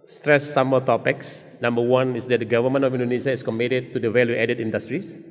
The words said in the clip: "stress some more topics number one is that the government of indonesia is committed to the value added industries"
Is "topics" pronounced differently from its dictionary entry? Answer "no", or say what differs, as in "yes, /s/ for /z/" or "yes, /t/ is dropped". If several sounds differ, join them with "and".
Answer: no